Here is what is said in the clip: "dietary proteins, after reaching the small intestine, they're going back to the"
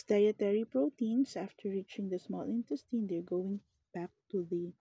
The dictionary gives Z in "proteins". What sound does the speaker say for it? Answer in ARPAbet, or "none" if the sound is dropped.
S